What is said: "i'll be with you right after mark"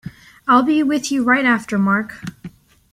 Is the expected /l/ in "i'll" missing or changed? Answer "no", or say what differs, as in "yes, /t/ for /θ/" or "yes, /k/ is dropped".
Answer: no